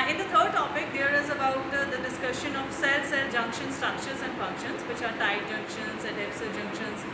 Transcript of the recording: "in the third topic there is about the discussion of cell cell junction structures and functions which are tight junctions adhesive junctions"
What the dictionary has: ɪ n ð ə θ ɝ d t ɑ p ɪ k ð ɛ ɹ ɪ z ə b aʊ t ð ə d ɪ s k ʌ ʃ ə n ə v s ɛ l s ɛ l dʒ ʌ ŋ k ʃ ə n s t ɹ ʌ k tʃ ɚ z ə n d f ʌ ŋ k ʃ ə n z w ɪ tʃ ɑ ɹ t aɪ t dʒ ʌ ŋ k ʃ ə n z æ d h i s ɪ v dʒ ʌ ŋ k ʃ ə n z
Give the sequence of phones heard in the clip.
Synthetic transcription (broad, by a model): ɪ n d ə t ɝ d t ɑ p ɪ k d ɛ ɹ ɪ z ə b aʊ t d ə d ɪ s k ʌ ʃ ə n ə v s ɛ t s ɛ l dʒ ʌ ŋ k ʃ ə n s t ɹ ʌ k tʃ ɚ z ə n d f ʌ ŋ k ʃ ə n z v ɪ tʃ ɑ ɹ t aɪ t dʒ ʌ ŋ k ʃ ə n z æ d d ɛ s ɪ dʒ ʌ ŋ k ʃ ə n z